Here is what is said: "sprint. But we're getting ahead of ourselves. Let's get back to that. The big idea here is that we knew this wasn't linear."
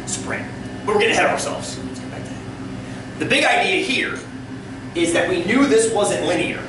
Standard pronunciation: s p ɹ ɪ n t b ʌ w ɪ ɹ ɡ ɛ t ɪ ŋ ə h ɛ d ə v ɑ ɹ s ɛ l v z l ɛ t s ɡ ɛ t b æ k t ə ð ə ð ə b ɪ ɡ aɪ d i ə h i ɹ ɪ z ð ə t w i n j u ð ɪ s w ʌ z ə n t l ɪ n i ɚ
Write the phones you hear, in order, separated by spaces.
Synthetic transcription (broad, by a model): s p ɹ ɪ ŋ b ʌ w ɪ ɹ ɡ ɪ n ə h ɛ d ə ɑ ɑ ɹ s ɛ l v z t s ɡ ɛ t b æ k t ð ð ə b ɪ ɡ aɪ d i ə h i ɹ ɪ z ð ə t w i n j u ð ɪ s w ʌ z ə n t l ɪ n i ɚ